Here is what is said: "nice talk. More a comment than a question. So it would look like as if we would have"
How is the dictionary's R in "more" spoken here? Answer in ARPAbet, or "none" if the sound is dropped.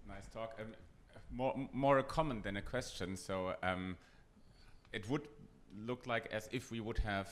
R